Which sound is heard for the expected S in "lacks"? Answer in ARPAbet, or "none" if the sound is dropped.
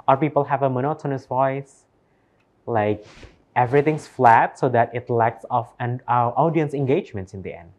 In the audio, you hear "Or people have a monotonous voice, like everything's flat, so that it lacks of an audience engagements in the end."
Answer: S